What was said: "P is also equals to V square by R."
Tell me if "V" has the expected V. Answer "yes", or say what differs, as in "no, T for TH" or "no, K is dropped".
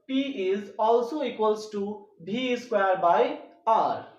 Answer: no, B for V